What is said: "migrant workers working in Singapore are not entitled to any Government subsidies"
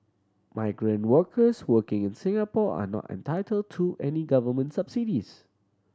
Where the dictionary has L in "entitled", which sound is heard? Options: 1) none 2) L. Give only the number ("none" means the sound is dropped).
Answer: 2